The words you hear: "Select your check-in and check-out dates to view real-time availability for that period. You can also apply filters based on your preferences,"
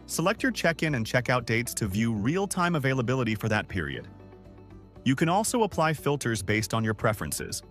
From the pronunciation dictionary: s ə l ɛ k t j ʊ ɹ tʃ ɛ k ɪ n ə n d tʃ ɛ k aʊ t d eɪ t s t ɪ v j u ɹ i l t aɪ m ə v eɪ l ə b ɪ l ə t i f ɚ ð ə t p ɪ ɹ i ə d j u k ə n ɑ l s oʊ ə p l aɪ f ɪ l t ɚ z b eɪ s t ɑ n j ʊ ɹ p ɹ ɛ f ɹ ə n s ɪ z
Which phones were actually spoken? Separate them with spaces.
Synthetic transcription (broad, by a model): s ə l ɛ k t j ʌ ɹ tʃ ɛ k ɪ n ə n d tʃ ɛ k aʊ t d eɪ t s t ɪ v j u ɹ i l t aɪ m ə v eɪ l ə b ɪ l ə t i f ɚ ð ə t p ɪ ɹ i ə d j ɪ k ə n ɑ l s oʊ ə p l aɪ f ɪ l t ɚ z b eɪ s t n j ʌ ɹ p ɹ ɛ f ɹ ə n s ɪ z